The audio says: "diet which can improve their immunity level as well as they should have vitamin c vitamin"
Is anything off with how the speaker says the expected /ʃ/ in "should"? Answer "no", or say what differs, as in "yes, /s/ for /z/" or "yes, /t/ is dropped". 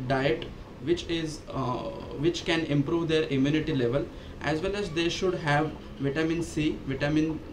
no